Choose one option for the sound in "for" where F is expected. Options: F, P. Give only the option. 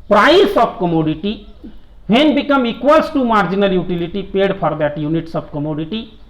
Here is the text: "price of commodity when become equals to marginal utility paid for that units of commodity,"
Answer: P